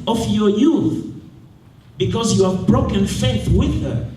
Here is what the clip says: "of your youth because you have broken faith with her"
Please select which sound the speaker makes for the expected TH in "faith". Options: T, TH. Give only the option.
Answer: TH